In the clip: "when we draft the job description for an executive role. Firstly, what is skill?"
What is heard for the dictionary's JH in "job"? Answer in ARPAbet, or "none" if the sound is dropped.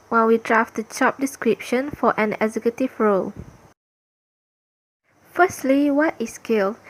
CH